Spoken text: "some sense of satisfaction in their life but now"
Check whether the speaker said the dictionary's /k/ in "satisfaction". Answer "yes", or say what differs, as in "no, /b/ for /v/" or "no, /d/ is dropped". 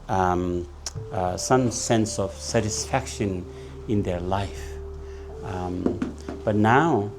yes